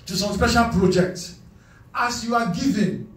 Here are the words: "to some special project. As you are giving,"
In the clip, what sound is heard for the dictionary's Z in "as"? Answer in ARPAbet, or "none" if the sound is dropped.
S